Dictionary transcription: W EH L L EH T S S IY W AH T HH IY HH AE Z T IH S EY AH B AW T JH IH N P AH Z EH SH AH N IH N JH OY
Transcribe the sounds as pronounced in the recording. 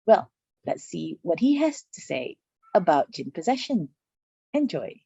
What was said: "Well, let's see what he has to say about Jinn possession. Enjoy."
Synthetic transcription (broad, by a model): W EH L L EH T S S IY W AH T HH IY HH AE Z T IH S EY AH B AW T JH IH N P AH Z EH SH AH N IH N JH OY